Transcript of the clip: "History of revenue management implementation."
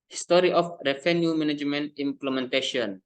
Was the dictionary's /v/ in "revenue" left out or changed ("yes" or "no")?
yes